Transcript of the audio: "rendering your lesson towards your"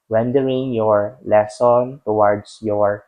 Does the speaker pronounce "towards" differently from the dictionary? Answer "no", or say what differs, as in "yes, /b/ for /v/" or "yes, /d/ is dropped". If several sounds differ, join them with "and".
yes, /s/ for /z/